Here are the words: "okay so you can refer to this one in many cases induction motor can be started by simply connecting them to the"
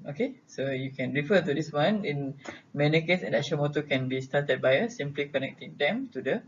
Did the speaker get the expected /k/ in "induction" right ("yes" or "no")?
no